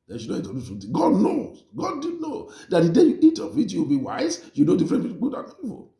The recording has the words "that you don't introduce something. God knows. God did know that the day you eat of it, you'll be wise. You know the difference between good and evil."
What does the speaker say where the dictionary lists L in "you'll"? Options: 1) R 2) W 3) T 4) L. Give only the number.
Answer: 2